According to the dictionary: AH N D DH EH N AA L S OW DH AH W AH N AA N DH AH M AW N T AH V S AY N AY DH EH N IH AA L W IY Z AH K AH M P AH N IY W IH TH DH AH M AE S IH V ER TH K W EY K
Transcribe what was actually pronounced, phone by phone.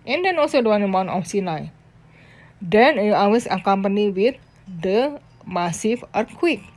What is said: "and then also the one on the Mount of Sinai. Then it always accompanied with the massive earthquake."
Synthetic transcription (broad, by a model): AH N D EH N AA L S OW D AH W AA N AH M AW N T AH F S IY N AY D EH N IH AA W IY S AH K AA M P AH N IY W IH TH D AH M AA S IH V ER K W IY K